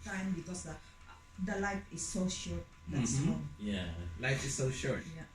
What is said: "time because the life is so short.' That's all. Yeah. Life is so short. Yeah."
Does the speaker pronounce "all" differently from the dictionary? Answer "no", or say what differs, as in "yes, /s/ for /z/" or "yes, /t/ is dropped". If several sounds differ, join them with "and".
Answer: yes, /n/ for /l/